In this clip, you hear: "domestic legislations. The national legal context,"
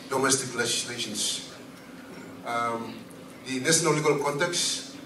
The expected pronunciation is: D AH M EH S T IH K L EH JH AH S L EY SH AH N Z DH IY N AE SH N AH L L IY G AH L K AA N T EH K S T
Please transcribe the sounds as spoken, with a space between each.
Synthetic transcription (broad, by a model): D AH M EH S T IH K L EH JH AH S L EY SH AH N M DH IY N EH S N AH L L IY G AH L K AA N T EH K S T